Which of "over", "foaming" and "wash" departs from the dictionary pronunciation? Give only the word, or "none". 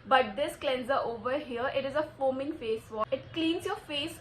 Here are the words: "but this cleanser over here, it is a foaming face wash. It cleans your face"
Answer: wash